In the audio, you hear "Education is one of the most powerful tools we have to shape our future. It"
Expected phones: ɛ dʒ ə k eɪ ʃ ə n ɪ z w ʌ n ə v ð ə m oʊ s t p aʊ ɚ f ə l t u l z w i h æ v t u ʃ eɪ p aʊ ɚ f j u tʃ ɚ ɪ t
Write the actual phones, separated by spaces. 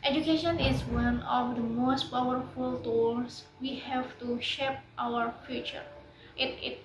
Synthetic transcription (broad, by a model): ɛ dʒ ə k eɪ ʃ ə n ɪ z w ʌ n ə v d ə m oʊ s t p aʊ ɚ f ə l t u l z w i h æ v t u ʃ eɪ p aʊ ɚ f j u tʃ ɚ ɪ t